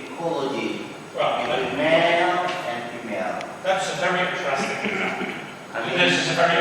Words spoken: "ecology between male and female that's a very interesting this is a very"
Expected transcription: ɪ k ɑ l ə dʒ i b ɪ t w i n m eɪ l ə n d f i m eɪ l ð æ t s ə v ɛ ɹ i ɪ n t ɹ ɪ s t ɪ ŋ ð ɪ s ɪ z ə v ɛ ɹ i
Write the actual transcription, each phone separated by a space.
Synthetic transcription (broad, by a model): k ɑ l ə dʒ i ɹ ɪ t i m eɪ l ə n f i m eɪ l ð æ t s ə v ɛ ɹ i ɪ t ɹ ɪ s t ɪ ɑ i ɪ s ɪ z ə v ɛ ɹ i